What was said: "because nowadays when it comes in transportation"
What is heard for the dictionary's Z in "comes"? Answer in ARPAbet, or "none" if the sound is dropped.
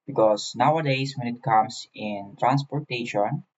S